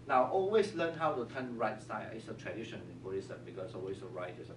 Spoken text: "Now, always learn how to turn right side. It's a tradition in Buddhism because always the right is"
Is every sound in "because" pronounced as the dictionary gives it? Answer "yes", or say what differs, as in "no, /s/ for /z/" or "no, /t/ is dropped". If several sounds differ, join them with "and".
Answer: no, /s/ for /z/